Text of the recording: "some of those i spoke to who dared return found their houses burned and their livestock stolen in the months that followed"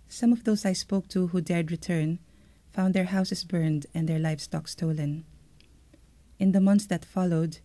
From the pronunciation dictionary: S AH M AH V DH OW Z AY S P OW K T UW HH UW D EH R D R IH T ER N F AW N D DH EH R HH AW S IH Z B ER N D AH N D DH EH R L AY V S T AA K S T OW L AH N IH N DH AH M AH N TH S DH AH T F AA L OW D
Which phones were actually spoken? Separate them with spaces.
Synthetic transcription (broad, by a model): S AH M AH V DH OW S AY S P OW K T UW HH UW D EH R D R IH T ER N F AW N D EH R HH AW S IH S B ER N D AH N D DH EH R L AY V S T AA K S T OW L AH N IH N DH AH M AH N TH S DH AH T F AA L OW D